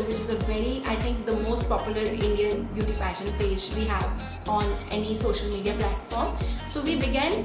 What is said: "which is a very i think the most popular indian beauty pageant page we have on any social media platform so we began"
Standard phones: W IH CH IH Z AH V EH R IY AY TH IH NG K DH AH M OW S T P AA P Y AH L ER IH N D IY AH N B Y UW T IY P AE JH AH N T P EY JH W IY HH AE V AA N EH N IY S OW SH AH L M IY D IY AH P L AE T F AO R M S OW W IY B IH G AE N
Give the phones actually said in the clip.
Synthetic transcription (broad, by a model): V IH CH IH Z AH V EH R IY AY T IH NG K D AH M OW S T P AA P Y AH L ER IH N D IY AH N B Y UW T IY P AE SH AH N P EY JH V IY HH AE V AA N EH N IY S OW SH AH L M IY D IY AH P L AE T F AO R M S OW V IY B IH G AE N